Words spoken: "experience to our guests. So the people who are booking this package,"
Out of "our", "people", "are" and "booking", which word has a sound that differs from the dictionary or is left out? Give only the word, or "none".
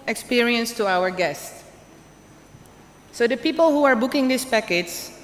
none